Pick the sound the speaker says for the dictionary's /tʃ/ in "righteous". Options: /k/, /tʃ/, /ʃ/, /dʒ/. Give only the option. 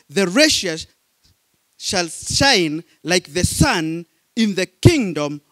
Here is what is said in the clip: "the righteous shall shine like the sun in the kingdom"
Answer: /ʃ/